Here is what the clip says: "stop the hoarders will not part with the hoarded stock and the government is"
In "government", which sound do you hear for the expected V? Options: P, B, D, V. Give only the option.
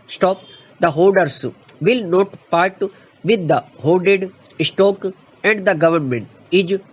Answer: V